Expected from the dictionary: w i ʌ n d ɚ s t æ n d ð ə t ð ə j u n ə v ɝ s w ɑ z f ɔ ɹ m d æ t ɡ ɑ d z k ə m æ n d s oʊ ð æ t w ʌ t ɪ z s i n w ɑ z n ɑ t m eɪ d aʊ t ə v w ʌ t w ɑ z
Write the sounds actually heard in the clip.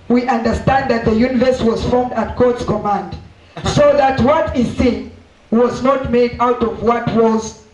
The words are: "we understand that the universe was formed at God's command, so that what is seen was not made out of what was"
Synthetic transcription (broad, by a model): w i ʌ n d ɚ s t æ n d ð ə t ð ə j u n ə v ɝ s w ɑ z f ɔ ɹ m d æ t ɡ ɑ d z k ə m æ n d s oʊ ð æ t w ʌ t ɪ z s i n w ɑ z n ɑ t m eɪ d aʊ t ə v w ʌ t w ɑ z